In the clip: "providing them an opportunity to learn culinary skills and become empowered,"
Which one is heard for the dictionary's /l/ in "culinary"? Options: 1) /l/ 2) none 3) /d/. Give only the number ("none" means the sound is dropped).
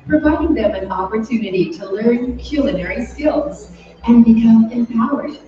1